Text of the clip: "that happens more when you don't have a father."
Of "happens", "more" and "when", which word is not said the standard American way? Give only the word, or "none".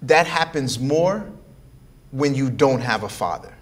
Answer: none